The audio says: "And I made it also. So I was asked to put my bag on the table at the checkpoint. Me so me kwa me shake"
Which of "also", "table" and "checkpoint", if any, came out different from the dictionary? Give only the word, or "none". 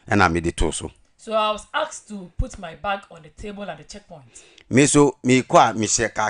also